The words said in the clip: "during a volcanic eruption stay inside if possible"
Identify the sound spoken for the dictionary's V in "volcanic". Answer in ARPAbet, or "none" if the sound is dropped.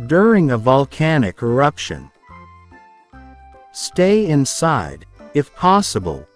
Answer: V